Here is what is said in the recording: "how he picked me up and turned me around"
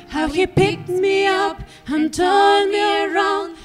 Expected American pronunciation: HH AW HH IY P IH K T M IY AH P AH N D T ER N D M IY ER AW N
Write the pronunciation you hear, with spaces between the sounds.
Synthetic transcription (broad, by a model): HH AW HH IY P IH K T M IY AH P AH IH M T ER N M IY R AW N